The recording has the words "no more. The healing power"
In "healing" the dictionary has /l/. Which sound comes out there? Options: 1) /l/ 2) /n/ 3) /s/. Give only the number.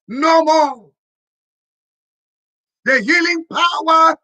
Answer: 1